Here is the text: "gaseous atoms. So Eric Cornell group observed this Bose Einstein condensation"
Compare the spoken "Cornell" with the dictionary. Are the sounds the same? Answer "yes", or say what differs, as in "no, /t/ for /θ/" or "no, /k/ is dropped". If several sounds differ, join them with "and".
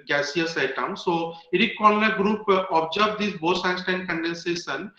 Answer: no, /l/ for /ɹ/